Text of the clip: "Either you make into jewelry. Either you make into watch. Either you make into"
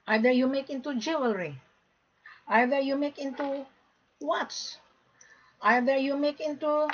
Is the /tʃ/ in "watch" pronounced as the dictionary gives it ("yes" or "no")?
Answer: no